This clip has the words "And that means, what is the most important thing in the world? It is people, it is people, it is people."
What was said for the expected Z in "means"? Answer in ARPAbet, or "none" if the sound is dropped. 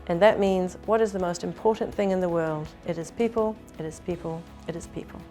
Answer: Z